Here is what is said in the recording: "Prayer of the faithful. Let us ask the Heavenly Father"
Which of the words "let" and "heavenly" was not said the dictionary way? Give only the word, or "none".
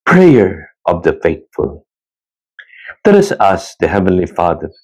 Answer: none